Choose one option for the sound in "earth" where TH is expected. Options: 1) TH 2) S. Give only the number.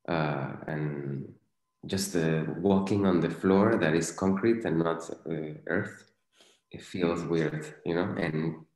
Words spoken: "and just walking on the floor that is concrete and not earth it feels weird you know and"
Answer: 1